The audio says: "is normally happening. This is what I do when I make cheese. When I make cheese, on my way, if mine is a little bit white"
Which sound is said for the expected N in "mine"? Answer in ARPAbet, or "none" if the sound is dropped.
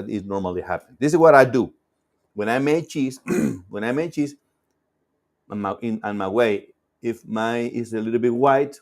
none